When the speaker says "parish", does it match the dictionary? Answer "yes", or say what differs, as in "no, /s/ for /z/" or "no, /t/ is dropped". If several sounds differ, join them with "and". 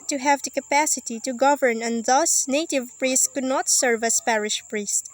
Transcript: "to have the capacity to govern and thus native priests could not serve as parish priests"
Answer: yes